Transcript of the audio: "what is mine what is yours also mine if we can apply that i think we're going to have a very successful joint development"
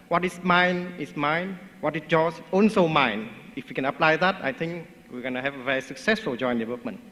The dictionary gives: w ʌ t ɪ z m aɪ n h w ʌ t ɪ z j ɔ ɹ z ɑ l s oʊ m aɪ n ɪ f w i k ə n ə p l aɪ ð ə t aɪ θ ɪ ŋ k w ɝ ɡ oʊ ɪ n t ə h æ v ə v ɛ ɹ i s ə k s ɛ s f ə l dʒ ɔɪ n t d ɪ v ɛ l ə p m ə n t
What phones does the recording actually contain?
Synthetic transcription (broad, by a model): w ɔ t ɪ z m aɪ n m w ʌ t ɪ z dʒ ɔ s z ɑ n s oʊ m aɪ n ɪ f w i k ə n ə p l aɪ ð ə t aɪ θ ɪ ŋ k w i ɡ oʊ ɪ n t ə h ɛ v ə v ɛ ɹ i s ə k s ɛ s f ə l dʒ ɔɪ n d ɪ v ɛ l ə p m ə n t